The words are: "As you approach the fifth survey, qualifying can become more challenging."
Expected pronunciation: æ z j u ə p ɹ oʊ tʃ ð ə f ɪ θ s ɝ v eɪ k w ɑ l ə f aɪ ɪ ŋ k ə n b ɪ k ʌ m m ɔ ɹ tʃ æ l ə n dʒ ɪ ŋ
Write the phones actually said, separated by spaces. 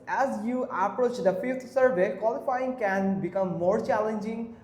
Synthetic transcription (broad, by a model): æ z j u ə p ɹ oʊ tʃ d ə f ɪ t s ɝ v eɪ k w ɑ l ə f aɪ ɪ ŋ k ə n b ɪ k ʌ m m ɔ ɹ tʃ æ l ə n dʒ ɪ ŋ